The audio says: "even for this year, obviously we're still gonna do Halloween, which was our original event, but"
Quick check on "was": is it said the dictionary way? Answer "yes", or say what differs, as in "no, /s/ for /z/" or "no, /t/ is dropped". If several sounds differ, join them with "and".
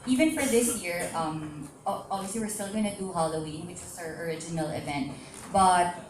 no, /s/ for /z/